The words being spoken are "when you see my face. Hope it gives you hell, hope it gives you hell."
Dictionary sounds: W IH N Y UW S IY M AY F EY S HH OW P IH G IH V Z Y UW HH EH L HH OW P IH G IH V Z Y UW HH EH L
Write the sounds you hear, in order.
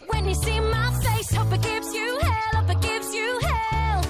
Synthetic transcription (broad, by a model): W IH N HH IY S IY M AY F EY S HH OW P IH G IH V Z Y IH HH EH L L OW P IH G IH V Z Y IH HH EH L